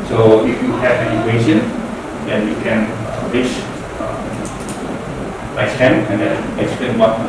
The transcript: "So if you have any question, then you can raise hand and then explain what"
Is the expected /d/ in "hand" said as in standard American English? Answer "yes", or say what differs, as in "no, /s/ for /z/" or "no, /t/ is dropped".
no, /d/ is dropped